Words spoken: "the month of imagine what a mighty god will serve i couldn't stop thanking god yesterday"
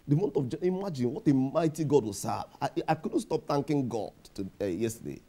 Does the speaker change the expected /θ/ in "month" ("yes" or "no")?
yes